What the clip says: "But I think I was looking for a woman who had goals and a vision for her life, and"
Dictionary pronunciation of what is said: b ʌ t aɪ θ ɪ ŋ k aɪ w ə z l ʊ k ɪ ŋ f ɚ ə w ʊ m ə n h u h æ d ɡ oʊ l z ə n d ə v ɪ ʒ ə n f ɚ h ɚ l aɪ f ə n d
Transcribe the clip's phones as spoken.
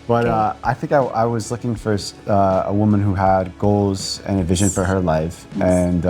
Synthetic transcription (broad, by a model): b ʌ t aɪ θ ɪ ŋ k aɪ w ə z l ʊ k ɪ ŋ f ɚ ə w ʊ m ə n h u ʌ d ɡ oʊ l z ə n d ə v ɪ ʒ ə n f ɚ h ɚ l aɪ f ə n